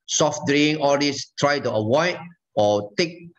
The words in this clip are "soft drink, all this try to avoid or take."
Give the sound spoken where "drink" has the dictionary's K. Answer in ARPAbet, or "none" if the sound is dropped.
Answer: none